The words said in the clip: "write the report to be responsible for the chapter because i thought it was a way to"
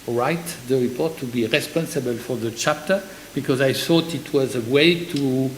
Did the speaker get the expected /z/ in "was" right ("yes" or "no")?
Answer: yes